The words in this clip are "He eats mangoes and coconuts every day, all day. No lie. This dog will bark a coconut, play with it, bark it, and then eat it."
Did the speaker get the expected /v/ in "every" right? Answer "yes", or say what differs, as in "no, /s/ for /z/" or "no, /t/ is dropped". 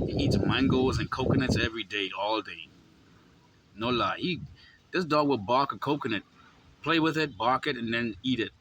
yes